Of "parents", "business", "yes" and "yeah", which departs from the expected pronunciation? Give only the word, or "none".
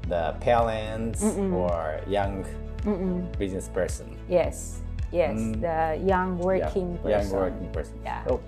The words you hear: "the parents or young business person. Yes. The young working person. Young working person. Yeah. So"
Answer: parents